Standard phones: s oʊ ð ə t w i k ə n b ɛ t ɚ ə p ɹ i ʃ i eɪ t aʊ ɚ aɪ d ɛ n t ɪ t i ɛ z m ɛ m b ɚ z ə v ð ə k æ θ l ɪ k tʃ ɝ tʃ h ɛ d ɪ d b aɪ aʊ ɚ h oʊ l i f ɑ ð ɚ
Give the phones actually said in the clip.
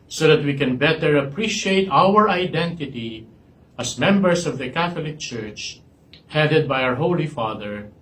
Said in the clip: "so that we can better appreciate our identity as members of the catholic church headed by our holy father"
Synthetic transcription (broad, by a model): s oʊ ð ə t w i k ə n b ɛ t ɚ ə p ɹ i ʃ i eɪ t aʊ ɚ aɪ d ɛ n t ɪ t i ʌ s m ɛ m b ɚ s ə v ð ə k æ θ l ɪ k tʃ ɝ tʃ h ɛ d ɪ d b aɪ aʊ ɚ h oʊ l i f ɑ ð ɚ